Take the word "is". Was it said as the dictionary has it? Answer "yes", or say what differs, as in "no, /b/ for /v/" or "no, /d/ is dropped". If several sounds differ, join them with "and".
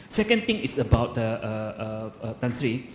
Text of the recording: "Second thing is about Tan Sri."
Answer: no, /s/ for /z/